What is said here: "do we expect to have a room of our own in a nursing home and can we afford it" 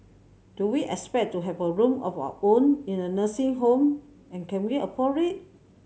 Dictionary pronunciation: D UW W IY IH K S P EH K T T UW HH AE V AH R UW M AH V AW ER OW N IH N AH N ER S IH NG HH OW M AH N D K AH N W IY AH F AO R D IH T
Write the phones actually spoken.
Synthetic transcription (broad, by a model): D UW W IY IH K S P EH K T T UW HH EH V AH R UW M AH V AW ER OW N IH N AH N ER S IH NG HH OW M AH N K AH N W IY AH P AO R IH T